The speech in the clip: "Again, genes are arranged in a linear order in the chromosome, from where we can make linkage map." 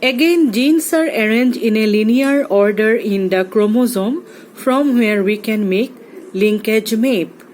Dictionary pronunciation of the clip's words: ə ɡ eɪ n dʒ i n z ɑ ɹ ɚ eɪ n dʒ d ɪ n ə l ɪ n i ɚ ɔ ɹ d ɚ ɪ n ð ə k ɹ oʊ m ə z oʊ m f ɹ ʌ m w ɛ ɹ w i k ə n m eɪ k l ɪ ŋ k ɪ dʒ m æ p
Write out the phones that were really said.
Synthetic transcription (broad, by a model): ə ɡ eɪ n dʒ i n s ɑ ɹ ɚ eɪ n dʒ ɪ n ə l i n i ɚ ɔ ɹ d ɚ ɪ n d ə k ɹ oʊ m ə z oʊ m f ɹ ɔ m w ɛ ɹ w i k ə n m eɪ k l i ŋ k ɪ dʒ m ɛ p